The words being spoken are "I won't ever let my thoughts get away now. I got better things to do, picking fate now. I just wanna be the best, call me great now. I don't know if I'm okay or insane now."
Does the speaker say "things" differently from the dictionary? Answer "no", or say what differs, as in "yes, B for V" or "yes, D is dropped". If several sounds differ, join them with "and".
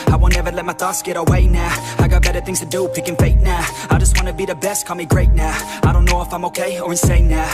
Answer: no